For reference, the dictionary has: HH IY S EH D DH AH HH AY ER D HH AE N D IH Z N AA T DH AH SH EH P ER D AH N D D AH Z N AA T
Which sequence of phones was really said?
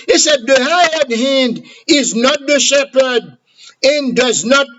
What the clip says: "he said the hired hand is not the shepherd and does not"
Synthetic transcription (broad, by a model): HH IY S EH D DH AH HH AY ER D HH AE N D IH Z N AA T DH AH SH EH P ER D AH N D D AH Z N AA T